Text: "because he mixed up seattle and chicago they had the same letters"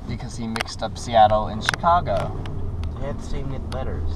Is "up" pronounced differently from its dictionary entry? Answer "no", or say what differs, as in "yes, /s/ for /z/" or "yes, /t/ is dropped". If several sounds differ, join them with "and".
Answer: no